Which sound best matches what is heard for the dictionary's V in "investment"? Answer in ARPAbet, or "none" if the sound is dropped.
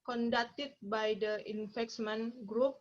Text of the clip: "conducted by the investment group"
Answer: F